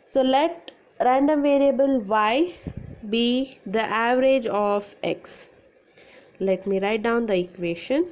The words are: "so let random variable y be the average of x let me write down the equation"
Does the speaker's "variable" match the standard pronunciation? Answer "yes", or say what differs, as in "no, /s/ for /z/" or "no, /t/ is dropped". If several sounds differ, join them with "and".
yes